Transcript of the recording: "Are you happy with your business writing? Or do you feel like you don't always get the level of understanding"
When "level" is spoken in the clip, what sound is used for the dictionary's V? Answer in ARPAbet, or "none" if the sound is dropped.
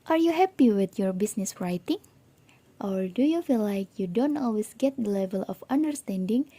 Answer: V